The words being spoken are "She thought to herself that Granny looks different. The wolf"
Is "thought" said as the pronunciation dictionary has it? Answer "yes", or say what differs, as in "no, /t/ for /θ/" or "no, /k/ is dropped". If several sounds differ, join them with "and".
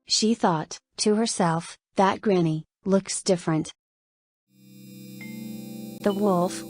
yes